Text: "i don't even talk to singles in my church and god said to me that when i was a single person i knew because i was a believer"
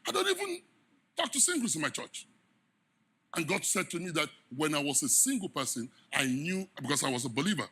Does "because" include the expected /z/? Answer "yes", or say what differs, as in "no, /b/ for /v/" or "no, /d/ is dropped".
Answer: no, /s/ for /z/